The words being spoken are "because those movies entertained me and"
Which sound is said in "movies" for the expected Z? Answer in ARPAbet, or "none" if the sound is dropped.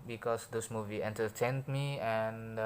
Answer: none